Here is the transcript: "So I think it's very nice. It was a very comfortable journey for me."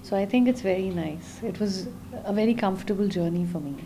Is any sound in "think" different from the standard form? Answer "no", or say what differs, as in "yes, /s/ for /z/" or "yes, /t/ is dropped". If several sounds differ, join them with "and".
yes, /t/ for /θ/